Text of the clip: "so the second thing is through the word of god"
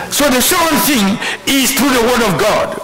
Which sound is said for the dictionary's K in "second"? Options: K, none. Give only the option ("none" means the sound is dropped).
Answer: none